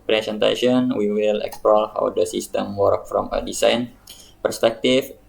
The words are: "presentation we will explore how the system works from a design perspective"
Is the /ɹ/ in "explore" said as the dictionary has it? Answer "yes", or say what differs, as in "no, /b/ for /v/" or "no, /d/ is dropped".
no, /l/ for /ɹ/